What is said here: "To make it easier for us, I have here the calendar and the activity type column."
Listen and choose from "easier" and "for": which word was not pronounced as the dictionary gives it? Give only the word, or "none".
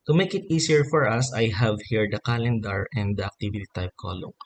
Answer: easier